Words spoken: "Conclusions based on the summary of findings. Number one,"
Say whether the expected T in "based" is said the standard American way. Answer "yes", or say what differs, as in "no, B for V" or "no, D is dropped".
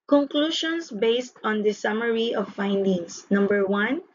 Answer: yes